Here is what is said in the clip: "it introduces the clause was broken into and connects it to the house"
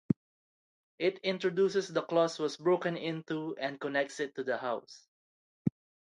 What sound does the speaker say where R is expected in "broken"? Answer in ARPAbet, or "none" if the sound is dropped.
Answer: R